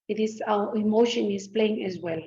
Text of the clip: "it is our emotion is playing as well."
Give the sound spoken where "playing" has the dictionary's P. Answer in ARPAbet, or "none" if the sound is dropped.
P